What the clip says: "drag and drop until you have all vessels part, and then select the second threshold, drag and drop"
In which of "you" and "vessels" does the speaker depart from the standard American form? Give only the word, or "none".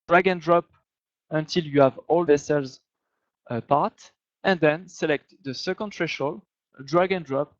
none